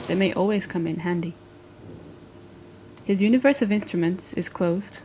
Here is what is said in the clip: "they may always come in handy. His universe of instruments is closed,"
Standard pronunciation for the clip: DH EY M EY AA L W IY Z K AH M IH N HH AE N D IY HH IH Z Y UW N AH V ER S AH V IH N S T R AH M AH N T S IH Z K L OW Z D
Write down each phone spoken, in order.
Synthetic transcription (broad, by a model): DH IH M EY AA L W IY Z K AH M IH N HH AE N D IY HH IH Z Y UW N AH V ER S AH V IH N S T R AH M AH N T S IH Z K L OW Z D